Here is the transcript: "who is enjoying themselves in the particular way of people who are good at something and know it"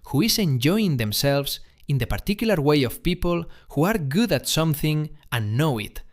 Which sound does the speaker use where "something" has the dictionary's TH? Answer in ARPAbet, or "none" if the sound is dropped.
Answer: TH